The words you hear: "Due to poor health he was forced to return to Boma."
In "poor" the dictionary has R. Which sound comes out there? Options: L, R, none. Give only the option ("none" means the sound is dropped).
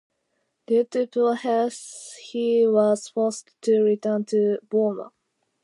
L